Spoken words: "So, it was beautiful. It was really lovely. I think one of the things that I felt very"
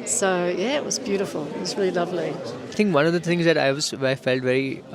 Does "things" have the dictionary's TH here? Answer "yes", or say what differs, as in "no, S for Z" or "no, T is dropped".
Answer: no, T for TH